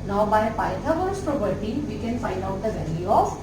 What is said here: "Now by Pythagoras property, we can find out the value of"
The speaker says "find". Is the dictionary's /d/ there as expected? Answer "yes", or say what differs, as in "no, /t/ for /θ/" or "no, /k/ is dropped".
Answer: yes